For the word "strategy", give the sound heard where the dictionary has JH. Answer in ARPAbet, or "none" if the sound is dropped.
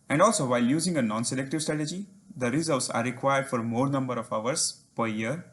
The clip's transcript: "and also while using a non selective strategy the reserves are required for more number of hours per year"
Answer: JH